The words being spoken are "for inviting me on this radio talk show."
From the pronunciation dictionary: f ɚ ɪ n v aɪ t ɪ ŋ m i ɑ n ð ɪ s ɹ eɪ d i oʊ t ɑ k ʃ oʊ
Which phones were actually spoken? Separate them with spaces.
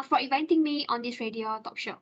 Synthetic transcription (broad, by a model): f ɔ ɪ v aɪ t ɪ ŋ m i ɑ n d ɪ s ɹ eɪ d i oʊ t ɑ k ʃ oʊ